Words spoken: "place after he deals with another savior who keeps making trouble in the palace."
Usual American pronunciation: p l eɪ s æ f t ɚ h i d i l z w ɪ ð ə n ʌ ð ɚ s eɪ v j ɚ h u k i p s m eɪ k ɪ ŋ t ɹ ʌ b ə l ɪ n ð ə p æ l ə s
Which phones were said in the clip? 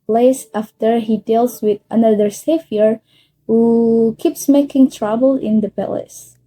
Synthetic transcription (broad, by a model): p l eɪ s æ f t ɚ h i d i l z w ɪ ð ə n ʌ ð ɚ s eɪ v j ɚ h u k i p s m eɪ k ɪ ŋ t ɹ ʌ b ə l ɪ n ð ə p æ l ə s